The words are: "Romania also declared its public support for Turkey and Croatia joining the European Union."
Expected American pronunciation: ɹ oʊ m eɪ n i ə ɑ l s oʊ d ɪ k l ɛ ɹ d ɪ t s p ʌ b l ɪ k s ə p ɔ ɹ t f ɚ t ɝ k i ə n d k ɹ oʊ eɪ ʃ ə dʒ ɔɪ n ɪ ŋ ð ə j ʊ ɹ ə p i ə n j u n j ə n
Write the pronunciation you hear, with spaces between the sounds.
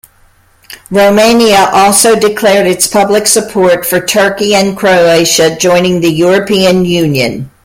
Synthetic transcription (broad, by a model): ɹ oʊ m eɪ n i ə ɑ l s oʊ d ɪ k l ɛ ɹ d ɪ t s p ʌ b l ɪ k s ə p ɔ ɹ t f ɚ t ɝ k i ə n k ɹ oʊ eɪ ʃ ə dʒ ɔɪ n ɪ ŋ ð ə j ʊ ɹ ə p i ə n j u n j ə n